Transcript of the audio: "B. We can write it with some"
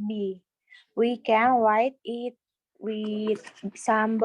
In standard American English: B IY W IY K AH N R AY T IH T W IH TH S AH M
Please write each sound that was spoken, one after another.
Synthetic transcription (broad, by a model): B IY W IY K AH N W AY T IH T W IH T S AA M